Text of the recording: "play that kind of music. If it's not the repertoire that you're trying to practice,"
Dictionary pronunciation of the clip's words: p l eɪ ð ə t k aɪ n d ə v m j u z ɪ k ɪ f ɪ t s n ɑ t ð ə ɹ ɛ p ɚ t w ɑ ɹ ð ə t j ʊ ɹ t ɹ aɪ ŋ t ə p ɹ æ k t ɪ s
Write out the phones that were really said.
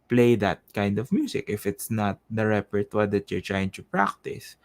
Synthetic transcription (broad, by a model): p l eɪ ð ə t k aɪ n d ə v m j u s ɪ k ɪ f ɪ t s n ɑ t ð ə ɹ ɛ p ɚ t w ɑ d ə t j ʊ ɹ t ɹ aɪ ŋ t ə p ɹ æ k t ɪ s